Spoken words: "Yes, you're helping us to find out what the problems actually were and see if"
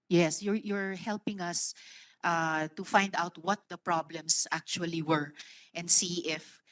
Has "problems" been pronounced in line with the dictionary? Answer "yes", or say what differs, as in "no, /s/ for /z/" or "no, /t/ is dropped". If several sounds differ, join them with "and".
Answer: no, /s/ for /z/